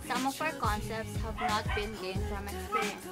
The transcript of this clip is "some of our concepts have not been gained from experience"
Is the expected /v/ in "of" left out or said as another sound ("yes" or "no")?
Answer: yes